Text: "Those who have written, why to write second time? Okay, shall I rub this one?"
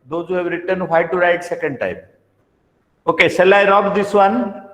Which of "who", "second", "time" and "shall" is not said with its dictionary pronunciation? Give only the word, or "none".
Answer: shall